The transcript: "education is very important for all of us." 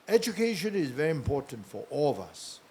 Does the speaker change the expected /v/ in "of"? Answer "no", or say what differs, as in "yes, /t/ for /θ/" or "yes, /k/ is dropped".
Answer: no